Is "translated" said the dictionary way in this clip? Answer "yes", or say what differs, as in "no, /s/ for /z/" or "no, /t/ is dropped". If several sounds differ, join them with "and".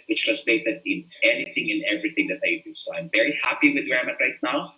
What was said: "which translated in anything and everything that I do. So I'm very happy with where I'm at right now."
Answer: no, /n/ is dropped